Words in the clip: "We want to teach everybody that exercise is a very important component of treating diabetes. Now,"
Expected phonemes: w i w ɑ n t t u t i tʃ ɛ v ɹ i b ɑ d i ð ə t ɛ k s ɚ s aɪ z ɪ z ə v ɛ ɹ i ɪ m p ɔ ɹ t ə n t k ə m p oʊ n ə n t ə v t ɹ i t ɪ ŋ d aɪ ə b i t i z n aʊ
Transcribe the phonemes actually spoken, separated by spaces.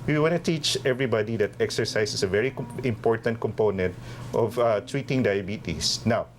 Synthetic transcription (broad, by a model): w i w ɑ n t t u t i tʃ ɛ v ɹ i b ɑ d i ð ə t ɛ k s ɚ s aɪ s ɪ s ə v ɛ ɹ i ɪ m p ɔ ɹ t ə n t k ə m p oʊ n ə n t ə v t ɹ i t ɪ ŋ d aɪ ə b i t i s n aʊ